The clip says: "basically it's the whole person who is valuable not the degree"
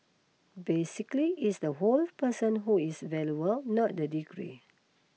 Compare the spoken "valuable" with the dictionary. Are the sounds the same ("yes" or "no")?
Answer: no